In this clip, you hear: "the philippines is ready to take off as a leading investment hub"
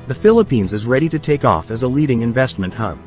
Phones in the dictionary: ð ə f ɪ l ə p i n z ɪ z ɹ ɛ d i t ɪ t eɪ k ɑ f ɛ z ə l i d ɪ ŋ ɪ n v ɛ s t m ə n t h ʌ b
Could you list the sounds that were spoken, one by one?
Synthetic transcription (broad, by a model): ð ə f ɪ l ə p i n z ɪ z ɹ ɛ d i t ɪ t eɪ k ɑ f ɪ z ə l i d ɪ ŋ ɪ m v ɛ s t m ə n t h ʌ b